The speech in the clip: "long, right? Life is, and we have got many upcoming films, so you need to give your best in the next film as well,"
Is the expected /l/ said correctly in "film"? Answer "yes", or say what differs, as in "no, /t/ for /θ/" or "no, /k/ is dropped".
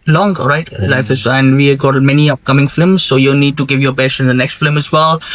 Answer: no, /l/ is dropped